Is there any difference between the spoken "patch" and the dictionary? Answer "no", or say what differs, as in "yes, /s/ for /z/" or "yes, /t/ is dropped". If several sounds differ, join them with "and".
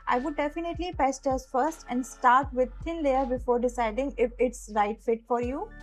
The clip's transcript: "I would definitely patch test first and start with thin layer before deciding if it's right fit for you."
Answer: yes, /s/ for /tʃ/